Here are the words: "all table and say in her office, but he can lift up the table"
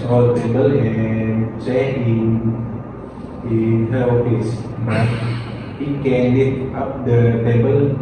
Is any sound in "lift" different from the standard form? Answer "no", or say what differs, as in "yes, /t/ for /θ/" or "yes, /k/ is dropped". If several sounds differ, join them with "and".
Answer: yes, /f/ is dropped